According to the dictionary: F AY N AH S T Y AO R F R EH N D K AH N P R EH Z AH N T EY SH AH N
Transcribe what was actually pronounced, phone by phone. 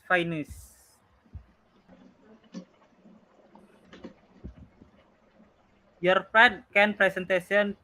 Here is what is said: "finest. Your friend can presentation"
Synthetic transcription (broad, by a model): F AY N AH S Y AO R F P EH D K AH N P R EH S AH N T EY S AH N